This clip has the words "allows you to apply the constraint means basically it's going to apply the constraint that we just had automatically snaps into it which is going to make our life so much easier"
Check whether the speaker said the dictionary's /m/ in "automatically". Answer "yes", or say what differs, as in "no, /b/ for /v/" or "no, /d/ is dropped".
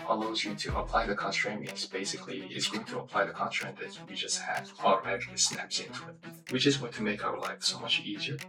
no, /m/ is dropped